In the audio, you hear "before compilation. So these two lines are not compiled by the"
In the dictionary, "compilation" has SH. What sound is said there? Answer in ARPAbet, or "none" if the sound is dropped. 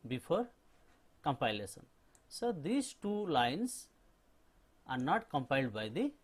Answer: S